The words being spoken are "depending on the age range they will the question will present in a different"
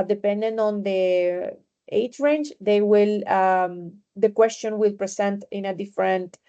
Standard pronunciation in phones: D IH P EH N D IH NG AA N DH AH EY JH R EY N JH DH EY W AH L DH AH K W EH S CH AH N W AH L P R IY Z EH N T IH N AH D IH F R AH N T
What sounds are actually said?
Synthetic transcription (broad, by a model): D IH P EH N D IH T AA N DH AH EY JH R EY N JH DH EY W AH L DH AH K W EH S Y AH N W AH L P R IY S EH N T IH N AH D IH F R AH N T